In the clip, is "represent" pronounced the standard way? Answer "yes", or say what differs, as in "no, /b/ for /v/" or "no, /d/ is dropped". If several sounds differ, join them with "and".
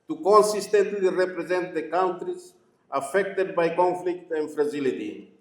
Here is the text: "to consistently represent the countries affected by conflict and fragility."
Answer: yes